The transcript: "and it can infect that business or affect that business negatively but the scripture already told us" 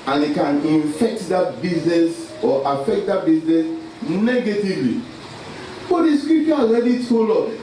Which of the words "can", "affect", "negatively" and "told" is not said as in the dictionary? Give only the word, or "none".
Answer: told